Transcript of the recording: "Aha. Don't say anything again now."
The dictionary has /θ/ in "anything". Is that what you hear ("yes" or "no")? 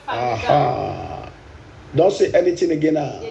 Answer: no